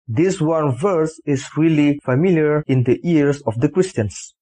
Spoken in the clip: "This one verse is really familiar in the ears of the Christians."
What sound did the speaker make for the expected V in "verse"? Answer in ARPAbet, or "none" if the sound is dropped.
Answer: V